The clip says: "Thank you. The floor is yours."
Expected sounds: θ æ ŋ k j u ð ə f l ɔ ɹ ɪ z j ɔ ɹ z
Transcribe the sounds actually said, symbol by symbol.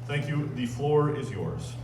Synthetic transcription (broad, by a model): θ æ ŋ k j u ð ə f l ɔ ɹ ɪ z j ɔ ɹ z